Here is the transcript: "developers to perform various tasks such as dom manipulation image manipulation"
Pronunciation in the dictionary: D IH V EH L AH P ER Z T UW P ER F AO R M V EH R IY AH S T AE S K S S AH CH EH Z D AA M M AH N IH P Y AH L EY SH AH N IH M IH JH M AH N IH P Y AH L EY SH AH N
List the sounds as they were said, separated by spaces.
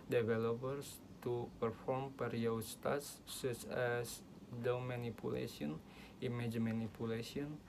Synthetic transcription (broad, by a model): D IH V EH L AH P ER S T UW P ER F AO R M P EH R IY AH S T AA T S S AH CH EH S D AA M M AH N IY P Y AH L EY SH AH N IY M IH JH M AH N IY P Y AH L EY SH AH N